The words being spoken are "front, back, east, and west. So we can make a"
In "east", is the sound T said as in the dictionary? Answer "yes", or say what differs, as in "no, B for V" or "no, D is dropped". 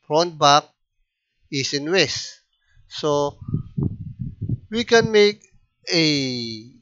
no, T is dropped